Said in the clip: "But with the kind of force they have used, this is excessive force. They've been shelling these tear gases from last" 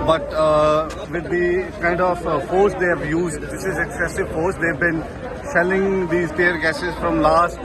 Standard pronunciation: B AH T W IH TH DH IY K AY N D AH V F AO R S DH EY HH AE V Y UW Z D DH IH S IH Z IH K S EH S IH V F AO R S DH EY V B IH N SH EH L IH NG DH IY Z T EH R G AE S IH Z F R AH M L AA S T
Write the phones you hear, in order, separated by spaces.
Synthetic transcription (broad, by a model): B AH T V IH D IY K AY N D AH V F AO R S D EY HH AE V Y UW Z D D IH S IH Z IH K S EH S IH V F AO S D EY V B IH N S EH L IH NG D IY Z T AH R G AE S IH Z F R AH M L AA S T